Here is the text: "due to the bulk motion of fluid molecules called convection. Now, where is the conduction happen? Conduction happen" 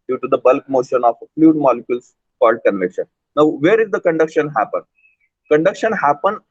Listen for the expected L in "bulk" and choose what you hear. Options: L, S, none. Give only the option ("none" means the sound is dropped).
L